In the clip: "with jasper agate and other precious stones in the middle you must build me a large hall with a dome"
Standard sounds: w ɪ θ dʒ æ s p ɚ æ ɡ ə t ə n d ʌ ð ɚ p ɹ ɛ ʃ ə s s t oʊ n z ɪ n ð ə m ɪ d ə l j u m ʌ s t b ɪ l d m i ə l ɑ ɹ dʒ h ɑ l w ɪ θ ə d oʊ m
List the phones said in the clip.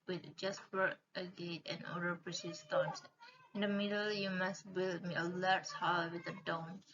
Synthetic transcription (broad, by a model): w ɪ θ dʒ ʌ s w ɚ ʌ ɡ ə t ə n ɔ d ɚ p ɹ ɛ s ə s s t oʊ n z ɪ n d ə m ɪ d ə l j u m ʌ s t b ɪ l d m i ə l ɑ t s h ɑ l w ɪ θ ə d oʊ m